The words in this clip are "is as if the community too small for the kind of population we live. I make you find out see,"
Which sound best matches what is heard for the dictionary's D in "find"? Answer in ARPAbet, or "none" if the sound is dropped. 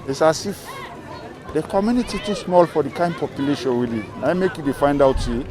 D